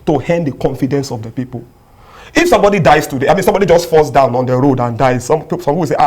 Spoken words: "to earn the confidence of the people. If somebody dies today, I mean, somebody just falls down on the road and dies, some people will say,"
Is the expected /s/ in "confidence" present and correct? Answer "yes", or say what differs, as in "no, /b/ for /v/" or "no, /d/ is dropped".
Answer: yes